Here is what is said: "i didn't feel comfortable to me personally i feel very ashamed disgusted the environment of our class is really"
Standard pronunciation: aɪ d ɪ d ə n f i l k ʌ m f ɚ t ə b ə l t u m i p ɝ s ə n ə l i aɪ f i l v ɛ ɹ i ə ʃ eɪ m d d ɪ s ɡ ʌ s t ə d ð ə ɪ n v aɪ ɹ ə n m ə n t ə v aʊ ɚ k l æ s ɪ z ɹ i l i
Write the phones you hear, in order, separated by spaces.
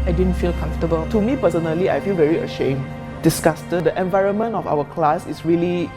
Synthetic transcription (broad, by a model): aɪ d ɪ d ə n f i l k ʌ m f t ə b ə l t u m i p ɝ s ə n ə l i aɪ f i l v ɛ ɹ i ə ʃ eɪ m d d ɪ s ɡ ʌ s t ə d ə ɪ n v aɪ ɹ ə n m ə n t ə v aʊ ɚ k l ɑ s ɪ s ɹ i l i